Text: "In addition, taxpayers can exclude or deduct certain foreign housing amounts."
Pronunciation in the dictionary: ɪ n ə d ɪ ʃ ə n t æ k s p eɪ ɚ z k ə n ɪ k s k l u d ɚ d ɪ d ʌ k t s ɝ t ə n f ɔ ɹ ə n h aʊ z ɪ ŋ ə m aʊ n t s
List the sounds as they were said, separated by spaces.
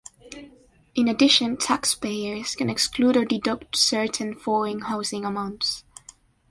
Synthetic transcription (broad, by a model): ɪ n ə d ɪ ʃ ə n t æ k s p eɪ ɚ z k ə n ɪ k s k l u d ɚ d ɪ d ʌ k t s ɝ t ə n f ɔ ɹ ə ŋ h aʊ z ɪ ŋ ə m aʊ n t s